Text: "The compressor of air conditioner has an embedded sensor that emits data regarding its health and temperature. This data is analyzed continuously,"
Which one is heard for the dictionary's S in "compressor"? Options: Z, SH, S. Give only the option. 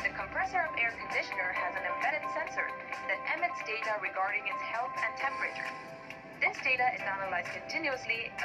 S